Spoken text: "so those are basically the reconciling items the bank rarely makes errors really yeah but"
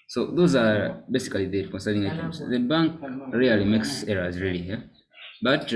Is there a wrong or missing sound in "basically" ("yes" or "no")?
yes